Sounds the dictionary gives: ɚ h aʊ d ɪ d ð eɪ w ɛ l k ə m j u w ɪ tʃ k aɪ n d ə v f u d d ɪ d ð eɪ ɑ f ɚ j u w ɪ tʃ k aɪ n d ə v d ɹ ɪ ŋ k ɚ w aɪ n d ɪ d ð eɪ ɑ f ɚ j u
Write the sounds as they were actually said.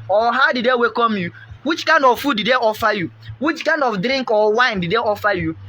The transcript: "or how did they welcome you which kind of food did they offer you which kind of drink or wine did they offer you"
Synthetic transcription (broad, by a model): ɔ h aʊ d ɪ d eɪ w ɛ k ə m j u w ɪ tʃ k aɪ n d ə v f u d d ɪ d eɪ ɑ f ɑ j u w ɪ tʃ k aɪ n d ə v d ɹ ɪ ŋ k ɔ w aɪ n d ɪ d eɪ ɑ f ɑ j u